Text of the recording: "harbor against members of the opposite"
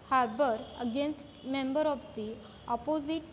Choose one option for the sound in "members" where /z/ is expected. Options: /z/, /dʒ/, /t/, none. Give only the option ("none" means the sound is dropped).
none